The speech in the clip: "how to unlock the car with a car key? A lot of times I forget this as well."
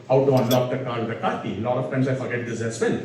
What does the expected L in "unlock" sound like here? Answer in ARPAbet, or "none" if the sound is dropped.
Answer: L